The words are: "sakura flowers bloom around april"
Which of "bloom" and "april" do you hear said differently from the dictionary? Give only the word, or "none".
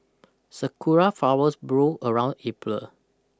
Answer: bloom